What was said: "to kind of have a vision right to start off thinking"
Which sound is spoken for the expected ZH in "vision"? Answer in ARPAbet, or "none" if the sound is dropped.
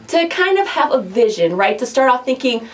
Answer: ZH